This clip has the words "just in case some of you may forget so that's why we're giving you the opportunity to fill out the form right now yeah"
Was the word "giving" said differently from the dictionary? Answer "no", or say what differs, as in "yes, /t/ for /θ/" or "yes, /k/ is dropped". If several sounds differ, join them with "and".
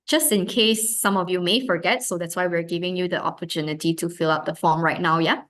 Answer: no